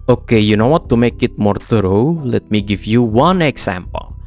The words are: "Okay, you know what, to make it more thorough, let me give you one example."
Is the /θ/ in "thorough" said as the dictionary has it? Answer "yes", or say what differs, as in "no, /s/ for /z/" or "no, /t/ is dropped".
no, /t/ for /θ/